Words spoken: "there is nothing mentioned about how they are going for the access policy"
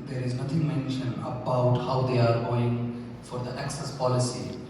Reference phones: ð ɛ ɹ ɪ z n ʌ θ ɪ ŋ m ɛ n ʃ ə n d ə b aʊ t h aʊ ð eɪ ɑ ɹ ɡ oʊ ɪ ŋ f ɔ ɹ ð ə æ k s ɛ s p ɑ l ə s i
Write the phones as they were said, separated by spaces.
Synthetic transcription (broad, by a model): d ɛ ɹ ɪ z n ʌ t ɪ ŋ m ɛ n ʃ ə n ə b aʊ t h aʊ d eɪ ɑ ɹ ɡ oʊ ɪ ŋ f ɔ ɹ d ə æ k s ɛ s p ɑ l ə s i